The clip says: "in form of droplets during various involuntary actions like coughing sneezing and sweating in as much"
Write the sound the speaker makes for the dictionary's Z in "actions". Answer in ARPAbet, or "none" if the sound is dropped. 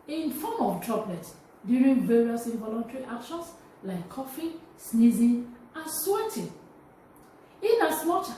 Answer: S